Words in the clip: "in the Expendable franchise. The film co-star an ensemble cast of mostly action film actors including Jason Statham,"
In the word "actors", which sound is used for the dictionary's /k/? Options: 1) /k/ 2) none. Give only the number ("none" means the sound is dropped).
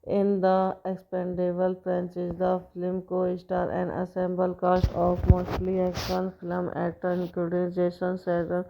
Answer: 2